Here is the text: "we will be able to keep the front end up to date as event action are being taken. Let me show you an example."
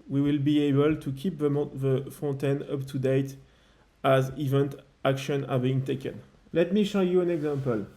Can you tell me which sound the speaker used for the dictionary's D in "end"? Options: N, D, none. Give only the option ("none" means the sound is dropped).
none